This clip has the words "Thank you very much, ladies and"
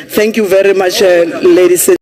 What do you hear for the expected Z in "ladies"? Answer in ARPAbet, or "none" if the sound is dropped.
S